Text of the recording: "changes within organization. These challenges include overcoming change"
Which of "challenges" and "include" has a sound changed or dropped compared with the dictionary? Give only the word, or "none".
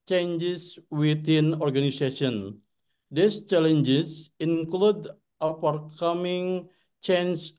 challenges